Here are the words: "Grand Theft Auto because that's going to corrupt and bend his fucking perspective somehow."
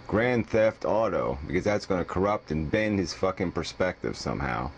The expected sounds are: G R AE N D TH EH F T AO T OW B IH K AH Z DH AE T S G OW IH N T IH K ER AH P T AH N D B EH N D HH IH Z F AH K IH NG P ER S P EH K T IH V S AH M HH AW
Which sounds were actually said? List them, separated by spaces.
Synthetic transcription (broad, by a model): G R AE N TH EH F T AO T OW B IH K AH Z DH AE T S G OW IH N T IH K ER AH P T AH N B EH N D HH IH Z F AH K IH NG P ER S P EH K T IH V S AH M HH AW